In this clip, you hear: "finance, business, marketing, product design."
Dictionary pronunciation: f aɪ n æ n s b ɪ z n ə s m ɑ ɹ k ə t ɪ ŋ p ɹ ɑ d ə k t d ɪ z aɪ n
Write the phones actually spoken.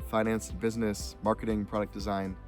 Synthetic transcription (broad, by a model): f aɪ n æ n s b ɪ z n ə s m ɑ ɹ k ə t ɪ ŋ p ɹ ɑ d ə k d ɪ z aɪ n